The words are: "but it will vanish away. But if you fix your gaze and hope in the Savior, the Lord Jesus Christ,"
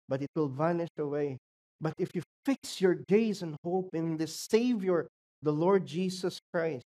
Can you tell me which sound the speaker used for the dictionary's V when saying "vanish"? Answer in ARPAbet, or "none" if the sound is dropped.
V